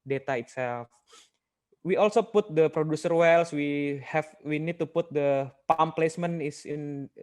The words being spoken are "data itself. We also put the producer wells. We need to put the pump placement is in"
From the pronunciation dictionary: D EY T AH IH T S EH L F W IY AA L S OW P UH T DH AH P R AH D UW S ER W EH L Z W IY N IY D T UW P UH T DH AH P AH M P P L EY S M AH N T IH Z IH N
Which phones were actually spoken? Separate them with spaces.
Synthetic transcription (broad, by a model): D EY T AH IH T S EH L F W IY AA L S OW P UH T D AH P R AH D UW S ER W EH L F W IY N IY D T UW P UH T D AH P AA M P P L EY S M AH N IH S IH N